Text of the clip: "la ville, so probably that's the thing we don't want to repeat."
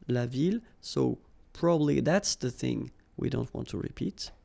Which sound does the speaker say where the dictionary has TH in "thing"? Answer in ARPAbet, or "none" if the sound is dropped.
TH